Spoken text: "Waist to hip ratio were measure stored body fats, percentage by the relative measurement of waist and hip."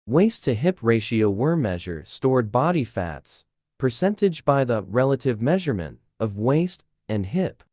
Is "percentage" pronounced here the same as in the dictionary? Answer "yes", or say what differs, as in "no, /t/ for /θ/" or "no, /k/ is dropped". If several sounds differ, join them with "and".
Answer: yes